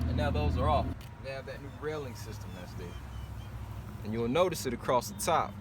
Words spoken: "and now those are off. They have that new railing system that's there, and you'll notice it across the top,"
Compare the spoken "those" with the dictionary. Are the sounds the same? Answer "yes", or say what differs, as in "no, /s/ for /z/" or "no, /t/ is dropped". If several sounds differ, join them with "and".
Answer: yes